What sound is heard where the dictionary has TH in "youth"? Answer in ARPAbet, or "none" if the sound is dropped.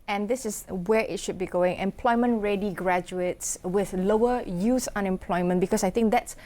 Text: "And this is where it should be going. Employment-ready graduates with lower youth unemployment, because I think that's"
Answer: S